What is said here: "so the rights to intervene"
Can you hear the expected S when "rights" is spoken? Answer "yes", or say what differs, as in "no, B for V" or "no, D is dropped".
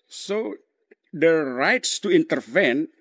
yes